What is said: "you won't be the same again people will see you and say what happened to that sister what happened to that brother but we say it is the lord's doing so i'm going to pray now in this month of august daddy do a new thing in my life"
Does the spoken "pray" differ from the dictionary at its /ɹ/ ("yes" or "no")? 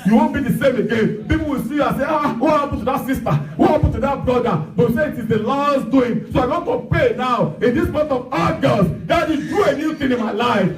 yes